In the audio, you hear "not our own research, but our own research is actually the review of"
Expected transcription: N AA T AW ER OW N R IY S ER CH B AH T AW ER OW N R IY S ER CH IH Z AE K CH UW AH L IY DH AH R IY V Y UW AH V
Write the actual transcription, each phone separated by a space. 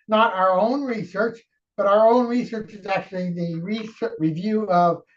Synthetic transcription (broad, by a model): N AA T AW ER OW N R IY S ER CH B AH T AW ER OW N R IY S ER CH IH Z AE K CH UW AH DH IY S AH R IY V Y UW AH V